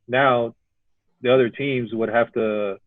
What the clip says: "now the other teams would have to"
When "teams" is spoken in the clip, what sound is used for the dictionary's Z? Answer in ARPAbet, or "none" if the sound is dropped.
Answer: Z